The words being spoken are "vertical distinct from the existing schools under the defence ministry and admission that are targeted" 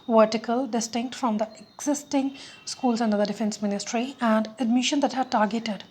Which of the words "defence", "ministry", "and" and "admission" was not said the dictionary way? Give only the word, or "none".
none